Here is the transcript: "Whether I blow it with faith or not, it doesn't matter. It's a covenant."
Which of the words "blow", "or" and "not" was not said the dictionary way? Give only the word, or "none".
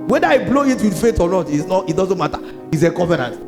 or